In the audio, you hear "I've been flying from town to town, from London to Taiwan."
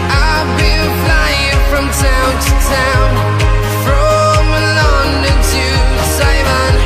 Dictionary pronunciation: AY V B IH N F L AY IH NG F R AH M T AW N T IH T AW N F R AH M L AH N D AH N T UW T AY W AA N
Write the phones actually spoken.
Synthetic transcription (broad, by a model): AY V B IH L F L AY IH NG F R AH M T AW N T IH T AW N F R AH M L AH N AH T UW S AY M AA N